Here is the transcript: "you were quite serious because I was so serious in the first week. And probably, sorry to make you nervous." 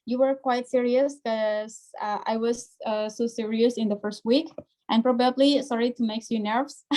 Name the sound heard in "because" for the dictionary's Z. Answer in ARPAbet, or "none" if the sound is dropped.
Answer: none